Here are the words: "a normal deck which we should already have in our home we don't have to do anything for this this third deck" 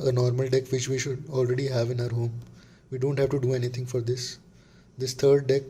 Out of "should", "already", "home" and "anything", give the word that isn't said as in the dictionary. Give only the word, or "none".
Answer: anything